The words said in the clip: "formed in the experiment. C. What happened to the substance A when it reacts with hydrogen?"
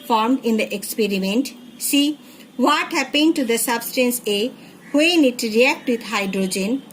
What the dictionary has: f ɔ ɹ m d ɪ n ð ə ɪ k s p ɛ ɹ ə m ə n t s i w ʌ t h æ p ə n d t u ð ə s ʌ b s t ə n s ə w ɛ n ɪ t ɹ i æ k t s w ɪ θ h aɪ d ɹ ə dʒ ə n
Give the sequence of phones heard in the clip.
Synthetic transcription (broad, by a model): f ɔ ɹ m d ɪ n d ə ɪ k s p ɛ ɹ ə m ə n t s i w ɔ t h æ p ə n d t u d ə s ʌ b s t ə n s ə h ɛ n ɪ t ɹ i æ k t w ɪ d h aɪ d ɹ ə dʒ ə n